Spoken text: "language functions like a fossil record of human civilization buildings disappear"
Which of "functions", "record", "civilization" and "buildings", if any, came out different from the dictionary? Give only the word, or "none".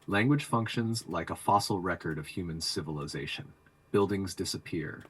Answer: none